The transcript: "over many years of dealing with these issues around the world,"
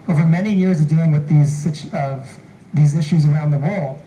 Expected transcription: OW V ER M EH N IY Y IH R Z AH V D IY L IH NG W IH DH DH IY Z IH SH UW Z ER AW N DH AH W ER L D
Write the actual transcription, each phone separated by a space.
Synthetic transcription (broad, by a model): OW V ER M EH N IY Y IH R Z AH V D IY L IH NG W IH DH DH IY Z IH SH UW Z ER AW N DH AH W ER L